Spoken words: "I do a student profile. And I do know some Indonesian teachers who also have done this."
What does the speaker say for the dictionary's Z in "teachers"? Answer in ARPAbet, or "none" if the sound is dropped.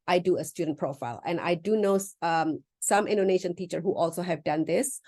none